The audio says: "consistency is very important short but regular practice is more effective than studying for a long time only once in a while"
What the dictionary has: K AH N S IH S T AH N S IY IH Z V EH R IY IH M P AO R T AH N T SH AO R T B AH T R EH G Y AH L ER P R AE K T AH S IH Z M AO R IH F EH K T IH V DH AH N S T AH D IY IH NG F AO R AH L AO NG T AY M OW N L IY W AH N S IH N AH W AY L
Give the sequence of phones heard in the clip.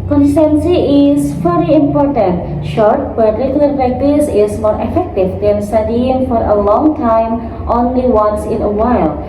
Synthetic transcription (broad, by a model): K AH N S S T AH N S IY IH Z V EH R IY IH M P AO R T AH N T SH AO R T B AH T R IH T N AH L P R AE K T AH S IH Z M AO R IH F EH K T IH V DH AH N S T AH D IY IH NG F AO R AH L AO NG T AY M OW N L IY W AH N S IH N AH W AY L